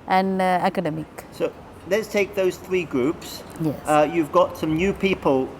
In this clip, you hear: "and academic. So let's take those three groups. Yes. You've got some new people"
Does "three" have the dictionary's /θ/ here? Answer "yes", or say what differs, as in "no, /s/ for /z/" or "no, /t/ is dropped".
yes